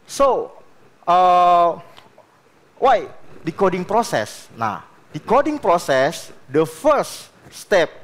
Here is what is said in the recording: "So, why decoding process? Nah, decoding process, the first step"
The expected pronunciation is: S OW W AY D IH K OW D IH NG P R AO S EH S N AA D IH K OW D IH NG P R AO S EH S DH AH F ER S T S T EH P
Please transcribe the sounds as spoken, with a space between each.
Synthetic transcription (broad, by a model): S OW W AY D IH K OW D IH NG P R AO S EH S N AA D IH K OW D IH NG P R AO S EH S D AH F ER T S T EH P